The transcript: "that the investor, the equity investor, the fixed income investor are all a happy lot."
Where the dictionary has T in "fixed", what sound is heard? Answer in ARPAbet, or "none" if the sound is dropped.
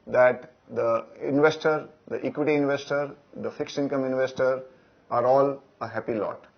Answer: none